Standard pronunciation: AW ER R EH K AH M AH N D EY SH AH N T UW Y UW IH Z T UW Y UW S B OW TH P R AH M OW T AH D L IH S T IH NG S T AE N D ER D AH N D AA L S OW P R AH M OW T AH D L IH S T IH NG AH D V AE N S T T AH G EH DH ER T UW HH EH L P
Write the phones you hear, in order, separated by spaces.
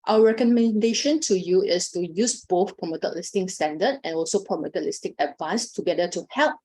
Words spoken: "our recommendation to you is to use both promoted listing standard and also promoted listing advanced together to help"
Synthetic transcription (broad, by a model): AW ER R EH K AH M AH N D EY SH AH N T UW Y UW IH S T UW Y UW S B OW TH P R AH M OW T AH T L IH S T IH NG S T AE N D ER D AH N AA L S OW P R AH M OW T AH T L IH S T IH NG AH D V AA N S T T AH G EH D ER T UW HH EH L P